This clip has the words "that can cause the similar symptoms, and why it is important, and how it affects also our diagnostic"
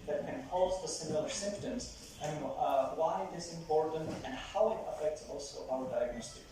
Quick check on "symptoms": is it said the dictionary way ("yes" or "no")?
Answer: yes